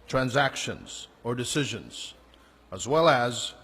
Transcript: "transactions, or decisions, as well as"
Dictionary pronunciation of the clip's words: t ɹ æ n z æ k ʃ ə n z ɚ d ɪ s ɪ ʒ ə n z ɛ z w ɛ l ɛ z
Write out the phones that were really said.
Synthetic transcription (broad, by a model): t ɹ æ n z æ k ʃ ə n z ɚ d ɪ s ɪ ʒ ə n z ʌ z w ɛ l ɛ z